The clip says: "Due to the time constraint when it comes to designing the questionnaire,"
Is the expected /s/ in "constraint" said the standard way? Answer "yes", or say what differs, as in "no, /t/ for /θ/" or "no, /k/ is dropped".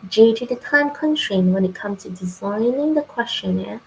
no, /s/ is dropped